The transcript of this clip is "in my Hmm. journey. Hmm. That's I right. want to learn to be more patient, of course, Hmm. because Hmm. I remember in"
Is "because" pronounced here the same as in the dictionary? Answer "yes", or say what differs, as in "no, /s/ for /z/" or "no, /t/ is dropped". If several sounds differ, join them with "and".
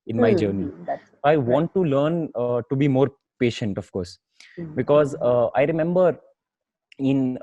yes